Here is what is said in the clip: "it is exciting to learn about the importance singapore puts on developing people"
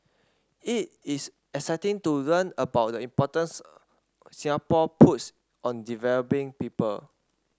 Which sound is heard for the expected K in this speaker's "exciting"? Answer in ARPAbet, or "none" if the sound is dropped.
none